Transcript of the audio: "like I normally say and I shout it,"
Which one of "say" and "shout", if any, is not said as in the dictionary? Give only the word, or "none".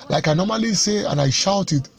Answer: none